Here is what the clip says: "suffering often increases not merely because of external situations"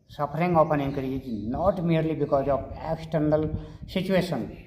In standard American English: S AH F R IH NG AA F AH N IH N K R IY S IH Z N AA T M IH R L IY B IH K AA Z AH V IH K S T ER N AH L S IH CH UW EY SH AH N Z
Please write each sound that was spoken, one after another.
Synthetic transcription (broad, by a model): S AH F R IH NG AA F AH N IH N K AH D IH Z N AA T M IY R L IY B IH K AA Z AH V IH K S T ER N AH L S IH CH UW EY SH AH N